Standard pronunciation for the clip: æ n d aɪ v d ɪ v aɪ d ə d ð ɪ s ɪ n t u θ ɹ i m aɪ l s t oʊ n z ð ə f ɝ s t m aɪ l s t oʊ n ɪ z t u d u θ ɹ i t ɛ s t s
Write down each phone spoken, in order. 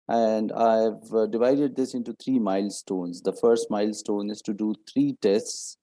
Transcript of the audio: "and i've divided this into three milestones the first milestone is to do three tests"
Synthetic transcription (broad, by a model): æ n d aɪ v d ɪ v aɪ d ə d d ɪ s ɪ n t u t ɹ i m aɪ l s t oʊ n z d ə f ɝ s t m aɪ l s t oʊ n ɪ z t u d u t ɹ i t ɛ s t s